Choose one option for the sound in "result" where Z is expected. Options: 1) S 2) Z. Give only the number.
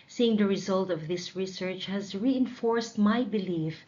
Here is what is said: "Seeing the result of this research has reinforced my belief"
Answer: 2